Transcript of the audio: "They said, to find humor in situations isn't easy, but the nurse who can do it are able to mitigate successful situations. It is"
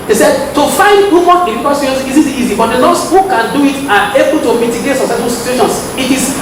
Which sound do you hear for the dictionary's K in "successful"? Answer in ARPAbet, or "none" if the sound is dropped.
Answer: none